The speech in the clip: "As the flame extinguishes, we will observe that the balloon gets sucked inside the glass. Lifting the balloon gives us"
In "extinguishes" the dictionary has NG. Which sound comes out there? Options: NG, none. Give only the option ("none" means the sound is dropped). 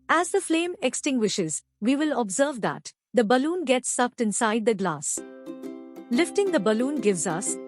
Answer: NG